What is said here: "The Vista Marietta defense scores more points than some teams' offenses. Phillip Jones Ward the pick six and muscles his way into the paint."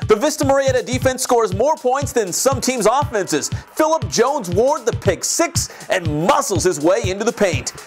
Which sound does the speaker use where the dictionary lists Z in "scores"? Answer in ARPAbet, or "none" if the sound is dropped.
Z